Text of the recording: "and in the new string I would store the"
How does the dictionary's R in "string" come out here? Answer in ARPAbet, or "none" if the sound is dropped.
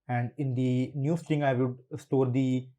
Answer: none